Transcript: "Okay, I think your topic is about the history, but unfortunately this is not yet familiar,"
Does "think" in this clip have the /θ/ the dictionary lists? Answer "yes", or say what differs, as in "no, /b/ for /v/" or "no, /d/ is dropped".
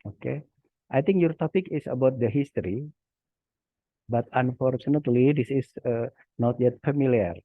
no, /t/ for /θ/